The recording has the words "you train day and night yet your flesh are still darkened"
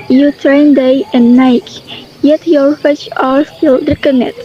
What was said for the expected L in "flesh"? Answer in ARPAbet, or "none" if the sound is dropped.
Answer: none